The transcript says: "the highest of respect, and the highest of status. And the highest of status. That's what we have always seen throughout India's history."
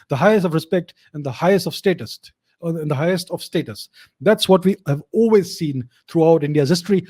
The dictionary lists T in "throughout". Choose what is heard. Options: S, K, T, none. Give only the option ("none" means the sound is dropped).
T